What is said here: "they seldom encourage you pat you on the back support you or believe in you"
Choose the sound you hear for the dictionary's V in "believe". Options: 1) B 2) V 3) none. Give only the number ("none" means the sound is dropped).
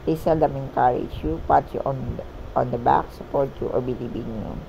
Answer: 1